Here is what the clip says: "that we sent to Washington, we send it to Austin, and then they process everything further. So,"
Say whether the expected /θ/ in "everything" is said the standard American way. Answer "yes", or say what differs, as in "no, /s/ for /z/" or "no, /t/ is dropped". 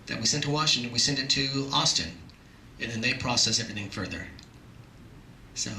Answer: yes